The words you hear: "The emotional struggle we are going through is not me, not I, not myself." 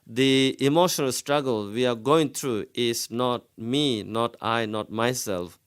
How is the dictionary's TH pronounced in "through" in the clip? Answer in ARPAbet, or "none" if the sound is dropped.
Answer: T